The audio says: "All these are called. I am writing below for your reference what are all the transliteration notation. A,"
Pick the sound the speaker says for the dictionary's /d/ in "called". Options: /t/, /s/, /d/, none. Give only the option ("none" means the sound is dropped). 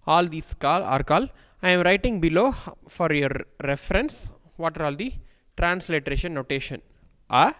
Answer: none